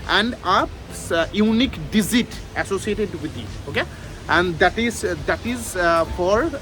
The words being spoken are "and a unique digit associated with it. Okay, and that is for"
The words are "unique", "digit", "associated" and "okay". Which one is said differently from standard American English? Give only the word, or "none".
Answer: digit